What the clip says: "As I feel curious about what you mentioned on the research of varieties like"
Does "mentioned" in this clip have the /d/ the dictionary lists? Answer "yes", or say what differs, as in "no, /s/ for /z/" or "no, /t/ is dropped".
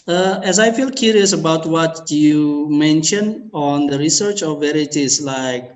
no, /d/ is dropped